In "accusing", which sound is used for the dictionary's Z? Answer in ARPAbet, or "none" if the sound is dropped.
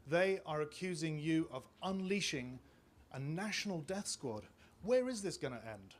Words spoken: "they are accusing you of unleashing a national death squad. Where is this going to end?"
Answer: Z